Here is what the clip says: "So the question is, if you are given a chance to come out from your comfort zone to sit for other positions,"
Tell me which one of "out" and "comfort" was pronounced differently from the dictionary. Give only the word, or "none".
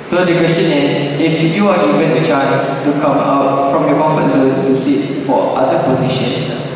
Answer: comfort